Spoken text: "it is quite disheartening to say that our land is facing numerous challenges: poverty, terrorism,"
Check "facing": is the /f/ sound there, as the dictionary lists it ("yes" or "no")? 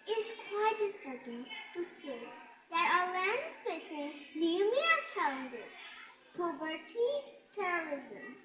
no